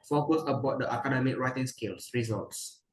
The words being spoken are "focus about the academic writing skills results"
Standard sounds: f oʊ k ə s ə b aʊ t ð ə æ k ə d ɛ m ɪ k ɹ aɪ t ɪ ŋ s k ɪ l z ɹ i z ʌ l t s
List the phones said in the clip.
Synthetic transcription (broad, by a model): f oʊ k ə s ə b aʊ t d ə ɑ k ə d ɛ m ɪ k ɹ aɪ t ɪ ŋ s k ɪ l s ɹ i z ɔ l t s